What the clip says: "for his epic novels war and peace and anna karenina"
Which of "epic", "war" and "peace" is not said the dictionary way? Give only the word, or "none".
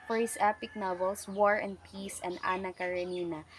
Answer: none